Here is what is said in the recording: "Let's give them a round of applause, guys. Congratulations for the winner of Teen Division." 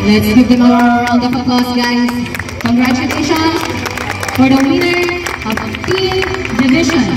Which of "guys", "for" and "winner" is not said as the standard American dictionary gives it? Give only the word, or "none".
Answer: guys